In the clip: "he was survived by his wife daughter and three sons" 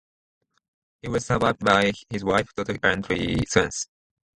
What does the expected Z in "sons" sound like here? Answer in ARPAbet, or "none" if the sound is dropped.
S